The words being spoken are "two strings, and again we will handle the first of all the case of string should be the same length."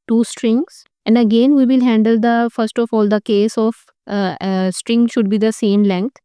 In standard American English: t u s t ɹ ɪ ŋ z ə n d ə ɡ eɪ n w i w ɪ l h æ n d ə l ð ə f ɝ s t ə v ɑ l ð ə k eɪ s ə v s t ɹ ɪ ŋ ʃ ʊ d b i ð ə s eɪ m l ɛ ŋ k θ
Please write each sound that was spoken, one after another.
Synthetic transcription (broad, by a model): t u s t ɹ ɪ ŋ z ə n d ə ɡ eɪ n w i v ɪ l h æ n d ə l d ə f ɝ s t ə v ɑ l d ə k eɪ s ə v s t ɹ ɪ ŋ ʃ ʊ d b i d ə s eɪ m l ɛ ŋ k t